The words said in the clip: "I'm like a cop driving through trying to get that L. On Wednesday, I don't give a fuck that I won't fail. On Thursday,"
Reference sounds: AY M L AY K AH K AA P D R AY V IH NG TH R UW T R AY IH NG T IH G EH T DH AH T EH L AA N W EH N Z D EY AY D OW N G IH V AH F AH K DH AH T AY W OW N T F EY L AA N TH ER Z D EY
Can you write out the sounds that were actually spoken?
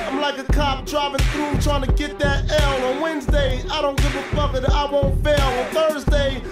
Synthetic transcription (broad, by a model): AY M L AY K AH K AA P D R AY V IH NG TH R UW T R AY IH NG T IH G EH T DH AH T EH L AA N W EH N Z D EY AY D OW N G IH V AH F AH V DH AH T AY W OW N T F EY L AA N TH ER Z D EY